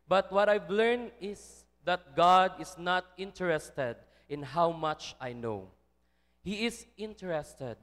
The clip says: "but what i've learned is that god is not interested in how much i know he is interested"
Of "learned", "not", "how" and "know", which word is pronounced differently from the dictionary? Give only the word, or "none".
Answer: learned